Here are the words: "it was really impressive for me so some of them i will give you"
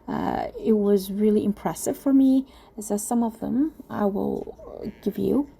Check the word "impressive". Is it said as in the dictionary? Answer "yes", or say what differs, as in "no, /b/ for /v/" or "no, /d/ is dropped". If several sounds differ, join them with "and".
yes